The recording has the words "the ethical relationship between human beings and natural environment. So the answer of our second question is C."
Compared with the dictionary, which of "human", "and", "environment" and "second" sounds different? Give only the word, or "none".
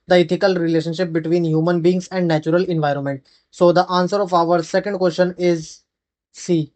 none